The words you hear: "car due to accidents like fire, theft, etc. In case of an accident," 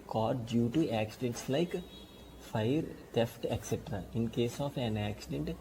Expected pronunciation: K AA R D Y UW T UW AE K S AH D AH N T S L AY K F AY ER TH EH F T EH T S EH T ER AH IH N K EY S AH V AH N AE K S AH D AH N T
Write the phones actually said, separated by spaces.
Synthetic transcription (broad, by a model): K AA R D Y UW T UW AE K S AH D AH N T S L AY K F AY ER T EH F T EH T S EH T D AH IH N K EY S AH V AH N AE K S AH D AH N T